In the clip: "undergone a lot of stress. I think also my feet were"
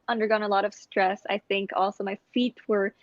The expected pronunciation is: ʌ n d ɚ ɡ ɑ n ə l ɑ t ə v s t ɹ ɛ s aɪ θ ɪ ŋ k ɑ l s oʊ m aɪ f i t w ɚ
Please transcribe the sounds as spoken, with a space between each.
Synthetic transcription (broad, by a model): ʌ n d ɚ ɡ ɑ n ə l ɑ t ə v s t ɹ ɛ s aɪ θ ɪ ŋ k ɑ l s oʊ m aɪ f i t w ɚ